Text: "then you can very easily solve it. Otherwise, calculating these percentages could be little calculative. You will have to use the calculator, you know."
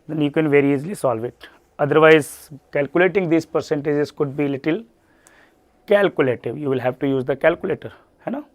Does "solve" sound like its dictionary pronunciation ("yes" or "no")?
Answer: yes